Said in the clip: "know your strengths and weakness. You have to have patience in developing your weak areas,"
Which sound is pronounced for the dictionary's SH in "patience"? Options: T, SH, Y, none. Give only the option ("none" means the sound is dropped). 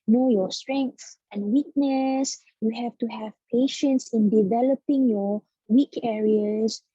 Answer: SH